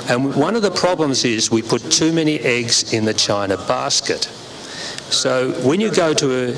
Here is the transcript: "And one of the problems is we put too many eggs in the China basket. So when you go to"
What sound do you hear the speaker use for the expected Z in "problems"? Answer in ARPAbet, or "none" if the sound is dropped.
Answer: Z